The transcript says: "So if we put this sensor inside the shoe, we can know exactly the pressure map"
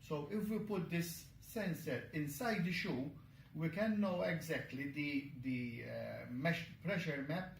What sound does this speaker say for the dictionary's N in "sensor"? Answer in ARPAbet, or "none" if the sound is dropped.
N